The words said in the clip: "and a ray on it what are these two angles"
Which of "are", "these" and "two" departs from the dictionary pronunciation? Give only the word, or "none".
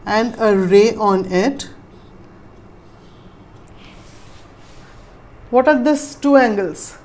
these